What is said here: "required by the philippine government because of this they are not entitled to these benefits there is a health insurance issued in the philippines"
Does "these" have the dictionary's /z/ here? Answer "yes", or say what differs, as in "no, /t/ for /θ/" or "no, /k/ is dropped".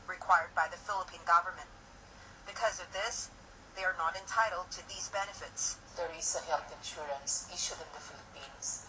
yes